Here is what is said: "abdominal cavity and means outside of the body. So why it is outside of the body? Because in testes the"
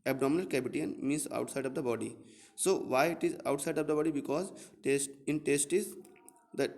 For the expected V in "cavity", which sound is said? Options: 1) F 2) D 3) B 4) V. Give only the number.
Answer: 3